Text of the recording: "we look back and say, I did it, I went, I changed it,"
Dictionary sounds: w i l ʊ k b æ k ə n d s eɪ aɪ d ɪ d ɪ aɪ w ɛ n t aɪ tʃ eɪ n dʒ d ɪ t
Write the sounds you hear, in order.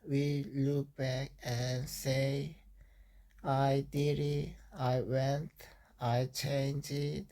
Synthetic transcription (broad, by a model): w i l ʊ k b æ k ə n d s eɪ aɪ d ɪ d ɪ aɪ w ɛ n t aɪ tʃ eɪ n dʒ ɪ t